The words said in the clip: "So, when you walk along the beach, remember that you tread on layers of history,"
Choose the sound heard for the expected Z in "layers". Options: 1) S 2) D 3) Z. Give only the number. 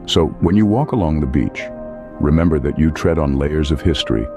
3